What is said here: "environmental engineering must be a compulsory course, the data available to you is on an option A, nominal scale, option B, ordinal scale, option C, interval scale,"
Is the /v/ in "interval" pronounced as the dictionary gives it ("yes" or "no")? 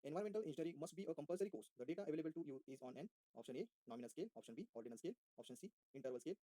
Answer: yes